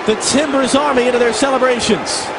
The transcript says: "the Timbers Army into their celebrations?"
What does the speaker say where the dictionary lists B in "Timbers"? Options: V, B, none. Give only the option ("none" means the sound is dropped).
B